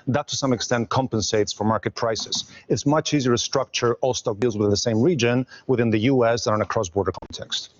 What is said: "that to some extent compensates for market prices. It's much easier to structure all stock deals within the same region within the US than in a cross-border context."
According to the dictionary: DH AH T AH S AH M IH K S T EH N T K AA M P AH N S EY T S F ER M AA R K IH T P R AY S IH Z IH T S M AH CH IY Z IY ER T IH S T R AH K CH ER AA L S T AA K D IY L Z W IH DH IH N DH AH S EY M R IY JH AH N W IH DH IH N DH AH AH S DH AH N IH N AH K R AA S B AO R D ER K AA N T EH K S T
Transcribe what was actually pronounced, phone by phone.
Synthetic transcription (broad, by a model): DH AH T AH S AH M IH K S T EH N T K AA M P AH N S EY T S F ER M AA R K IH T P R AY S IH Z IH T S M AH CH IY Z IY ER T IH S T R AH K CH ER AA L S T AA K D IY L Z W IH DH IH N DH AH S EY M R IY JH AH N W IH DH IH N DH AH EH S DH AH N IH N AH K R AA S B AO R D ER K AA N T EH K S T